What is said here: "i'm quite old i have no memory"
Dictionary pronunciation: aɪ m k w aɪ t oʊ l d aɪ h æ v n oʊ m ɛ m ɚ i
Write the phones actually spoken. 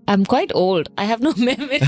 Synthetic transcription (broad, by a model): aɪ m k w aɪ t oʊ l d aɪ h æ v n oʊ m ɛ m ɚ